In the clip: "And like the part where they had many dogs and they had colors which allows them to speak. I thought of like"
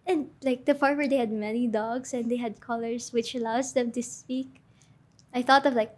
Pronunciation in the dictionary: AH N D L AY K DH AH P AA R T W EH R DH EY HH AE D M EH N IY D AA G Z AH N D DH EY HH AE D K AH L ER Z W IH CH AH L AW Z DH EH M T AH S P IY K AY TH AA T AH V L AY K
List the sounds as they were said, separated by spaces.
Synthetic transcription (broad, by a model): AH N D L AY K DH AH F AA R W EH R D EY HH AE D M EH N IY D AA G S AH N D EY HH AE D K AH L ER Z W IH CH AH L AW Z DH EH M T AH S P IY K AY TH AA T AH V L AY K